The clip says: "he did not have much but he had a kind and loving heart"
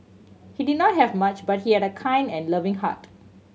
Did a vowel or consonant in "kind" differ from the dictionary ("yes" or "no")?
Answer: no